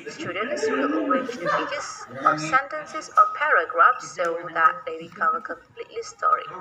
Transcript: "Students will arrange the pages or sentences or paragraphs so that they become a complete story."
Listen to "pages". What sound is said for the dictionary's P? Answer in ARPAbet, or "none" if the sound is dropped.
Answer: B